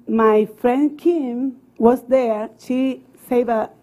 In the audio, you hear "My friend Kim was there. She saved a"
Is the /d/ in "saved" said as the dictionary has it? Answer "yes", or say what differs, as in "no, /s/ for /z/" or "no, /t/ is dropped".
no, /d/ is dropped